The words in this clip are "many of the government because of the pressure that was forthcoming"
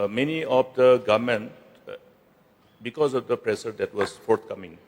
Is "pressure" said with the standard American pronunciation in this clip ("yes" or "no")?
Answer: no